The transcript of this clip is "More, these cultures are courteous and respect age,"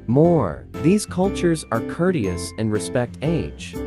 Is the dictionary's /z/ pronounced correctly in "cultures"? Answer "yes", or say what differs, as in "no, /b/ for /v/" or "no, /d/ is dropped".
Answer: yes